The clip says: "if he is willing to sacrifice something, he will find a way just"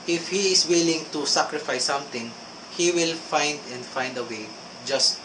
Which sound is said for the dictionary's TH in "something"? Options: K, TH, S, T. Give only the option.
T